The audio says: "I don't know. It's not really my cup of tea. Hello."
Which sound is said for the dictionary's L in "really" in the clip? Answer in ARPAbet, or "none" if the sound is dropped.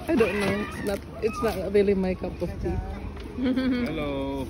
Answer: L